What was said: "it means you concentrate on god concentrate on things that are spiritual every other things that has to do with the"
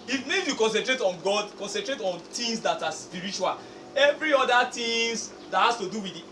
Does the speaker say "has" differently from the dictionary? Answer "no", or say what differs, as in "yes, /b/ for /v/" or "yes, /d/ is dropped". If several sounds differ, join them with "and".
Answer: yes, /s/ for /z/